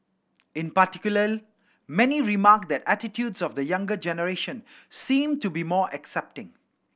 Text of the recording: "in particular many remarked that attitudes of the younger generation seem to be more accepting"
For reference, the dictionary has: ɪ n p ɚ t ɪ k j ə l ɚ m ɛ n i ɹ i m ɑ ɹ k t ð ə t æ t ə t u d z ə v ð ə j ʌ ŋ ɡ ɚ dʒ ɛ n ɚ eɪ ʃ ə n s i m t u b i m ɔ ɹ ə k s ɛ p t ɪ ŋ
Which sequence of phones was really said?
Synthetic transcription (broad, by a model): ɪ n p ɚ t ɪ k j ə l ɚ m ɛ n i ɹ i m ɑ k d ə t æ t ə t u d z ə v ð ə j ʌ ŋ ɡ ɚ dʒ ɛ n ɚ eɪ ʃ ə n s i m t u b i m ɔ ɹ ə k s ɛ p t ɪ ŋ